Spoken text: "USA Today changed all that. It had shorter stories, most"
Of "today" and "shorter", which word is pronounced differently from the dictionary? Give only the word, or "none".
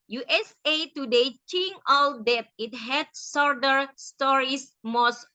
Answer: shorter